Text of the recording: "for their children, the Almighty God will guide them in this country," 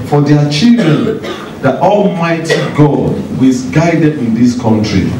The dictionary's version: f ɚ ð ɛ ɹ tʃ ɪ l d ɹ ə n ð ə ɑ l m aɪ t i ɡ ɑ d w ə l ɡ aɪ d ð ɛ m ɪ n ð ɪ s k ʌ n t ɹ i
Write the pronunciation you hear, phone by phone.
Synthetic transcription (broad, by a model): f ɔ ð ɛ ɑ tʃ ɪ l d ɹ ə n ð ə ɑ l m aɪ t i ɡ ɑ d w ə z ɡ aɪ d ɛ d ɪ n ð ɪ s k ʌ n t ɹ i